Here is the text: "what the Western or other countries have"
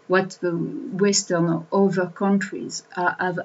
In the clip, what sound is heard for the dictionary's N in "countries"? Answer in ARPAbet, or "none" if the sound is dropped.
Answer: N